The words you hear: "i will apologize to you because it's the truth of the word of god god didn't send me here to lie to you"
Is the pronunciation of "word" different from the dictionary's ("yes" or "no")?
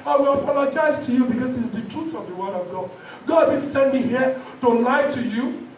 no